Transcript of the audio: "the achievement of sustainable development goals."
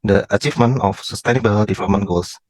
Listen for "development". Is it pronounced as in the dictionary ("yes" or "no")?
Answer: no